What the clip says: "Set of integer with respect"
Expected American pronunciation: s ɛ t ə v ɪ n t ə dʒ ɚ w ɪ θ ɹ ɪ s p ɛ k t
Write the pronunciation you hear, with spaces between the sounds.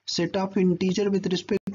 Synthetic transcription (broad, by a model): s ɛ t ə p ɪ n t ə dʒ ɚ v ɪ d ɹ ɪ s p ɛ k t